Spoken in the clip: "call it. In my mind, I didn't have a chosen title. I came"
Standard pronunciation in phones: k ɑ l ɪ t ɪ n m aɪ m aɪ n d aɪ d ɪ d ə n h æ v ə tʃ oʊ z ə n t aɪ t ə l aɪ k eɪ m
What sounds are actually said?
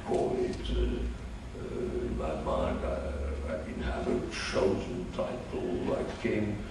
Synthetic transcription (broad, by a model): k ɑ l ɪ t ɪ n m aɪ m aɪ n d aɪ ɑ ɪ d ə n h æ v ə tʃ oʊ z ə n t aɪ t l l aɪ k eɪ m